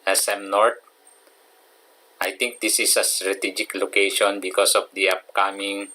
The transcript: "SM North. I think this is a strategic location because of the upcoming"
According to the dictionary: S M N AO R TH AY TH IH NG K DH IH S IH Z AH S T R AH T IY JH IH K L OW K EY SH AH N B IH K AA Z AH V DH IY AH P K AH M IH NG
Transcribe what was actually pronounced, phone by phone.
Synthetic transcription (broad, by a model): S M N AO R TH AY T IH NG K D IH S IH S AH S T R AH T IY JH IH K L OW K EY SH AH N B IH K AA S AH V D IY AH P K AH M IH NG